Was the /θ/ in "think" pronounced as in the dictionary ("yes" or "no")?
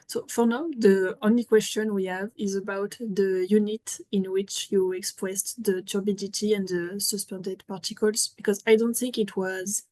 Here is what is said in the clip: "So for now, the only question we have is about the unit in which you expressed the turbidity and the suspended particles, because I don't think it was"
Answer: yes